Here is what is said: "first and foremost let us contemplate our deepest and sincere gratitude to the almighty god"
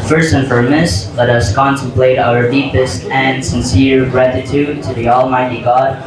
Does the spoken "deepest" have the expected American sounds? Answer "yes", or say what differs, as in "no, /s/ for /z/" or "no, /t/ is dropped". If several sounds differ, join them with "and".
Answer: yes